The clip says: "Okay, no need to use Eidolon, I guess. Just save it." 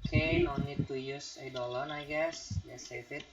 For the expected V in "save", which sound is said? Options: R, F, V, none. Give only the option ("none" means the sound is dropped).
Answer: F